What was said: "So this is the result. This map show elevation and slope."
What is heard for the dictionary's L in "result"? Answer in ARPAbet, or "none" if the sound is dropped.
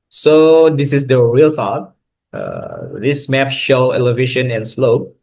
none